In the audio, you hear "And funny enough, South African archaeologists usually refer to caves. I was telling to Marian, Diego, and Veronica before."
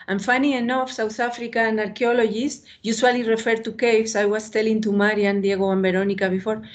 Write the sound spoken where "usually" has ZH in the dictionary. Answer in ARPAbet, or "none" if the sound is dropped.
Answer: S